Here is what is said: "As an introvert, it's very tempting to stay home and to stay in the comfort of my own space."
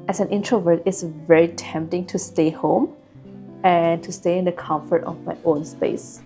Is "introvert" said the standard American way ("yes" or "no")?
yes